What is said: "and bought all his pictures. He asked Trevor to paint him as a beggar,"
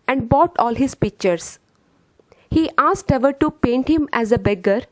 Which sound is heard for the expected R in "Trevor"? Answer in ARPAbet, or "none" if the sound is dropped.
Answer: none